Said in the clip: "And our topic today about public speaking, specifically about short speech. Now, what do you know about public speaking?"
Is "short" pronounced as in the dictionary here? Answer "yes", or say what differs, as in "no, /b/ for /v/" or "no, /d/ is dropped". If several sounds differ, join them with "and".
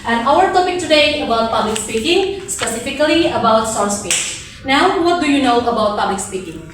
no, /s/ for /ʃ/